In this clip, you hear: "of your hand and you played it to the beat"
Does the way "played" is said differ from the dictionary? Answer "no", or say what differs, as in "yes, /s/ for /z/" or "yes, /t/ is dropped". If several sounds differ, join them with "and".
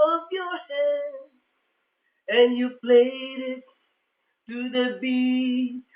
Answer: no